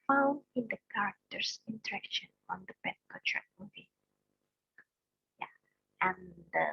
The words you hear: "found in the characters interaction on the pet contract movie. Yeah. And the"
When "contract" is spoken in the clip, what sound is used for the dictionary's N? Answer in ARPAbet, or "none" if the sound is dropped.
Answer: none